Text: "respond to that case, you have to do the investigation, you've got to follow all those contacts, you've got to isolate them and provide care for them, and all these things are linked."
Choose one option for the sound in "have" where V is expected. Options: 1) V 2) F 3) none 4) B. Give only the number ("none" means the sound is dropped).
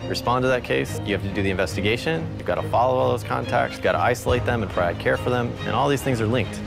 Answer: 2